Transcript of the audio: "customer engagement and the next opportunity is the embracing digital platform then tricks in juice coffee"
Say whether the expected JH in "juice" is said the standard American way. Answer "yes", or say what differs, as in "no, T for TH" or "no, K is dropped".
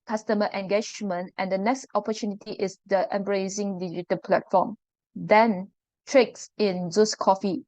no, Z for JH